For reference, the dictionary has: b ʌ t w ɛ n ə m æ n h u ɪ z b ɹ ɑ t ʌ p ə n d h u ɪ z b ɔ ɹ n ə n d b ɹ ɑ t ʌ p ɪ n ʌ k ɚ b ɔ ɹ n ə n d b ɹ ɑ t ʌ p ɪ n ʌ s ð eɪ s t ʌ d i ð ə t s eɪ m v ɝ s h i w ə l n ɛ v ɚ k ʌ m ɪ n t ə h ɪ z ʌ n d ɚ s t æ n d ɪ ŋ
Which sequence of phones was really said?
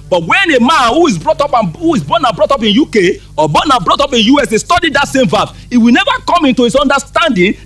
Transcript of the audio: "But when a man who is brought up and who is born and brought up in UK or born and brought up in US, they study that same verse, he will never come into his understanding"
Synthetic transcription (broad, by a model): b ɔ t w ɛ n ə m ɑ n h u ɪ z b ɹ ɑ t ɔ p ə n h u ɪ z b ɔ n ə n b ɹ ɑ t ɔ p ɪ n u k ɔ b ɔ n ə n b ɹ ɑ t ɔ p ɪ n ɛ s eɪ s t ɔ d i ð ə t s eɪ m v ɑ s h i w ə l n ɛ v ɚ k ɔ m ɪ n t ə h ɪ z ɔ n d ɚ s t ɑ n d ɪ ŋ